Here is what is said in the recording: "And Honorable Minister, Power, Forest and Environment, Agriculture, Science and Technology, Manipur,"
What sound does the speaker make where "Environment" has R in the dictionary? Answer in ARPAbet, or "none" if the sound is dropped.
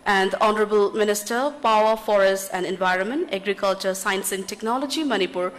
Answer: R